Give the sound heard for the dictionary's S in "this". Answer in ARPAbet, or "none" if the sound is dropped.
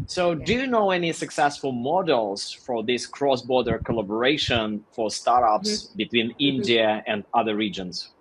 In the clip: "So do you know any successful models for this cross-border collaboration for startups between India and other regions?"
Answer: S